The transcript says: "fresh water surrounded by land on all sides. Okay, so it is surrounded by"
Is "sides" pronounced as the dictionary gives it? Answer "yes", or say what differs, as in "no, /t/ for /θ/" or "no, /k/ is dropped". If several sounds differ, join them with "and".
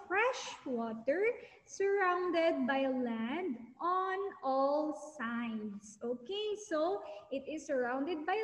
no, /s/ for /z/